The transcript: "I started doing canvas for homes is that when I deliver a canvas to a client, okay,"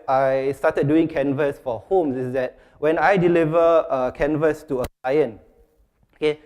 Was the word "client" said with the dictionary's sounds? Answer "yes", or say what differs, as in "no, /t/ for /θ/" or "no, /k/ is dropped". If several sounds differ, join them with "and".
no, /t/ is dropped